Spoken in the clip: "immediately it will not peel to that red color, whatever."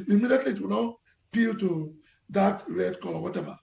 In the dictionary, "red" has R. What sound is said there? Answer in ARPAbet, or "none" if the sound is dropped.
R